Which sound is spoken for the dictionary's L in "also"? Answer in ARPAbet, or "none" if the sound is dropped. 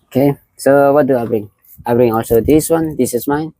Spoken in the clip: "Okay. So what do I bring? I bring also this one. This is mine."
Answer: L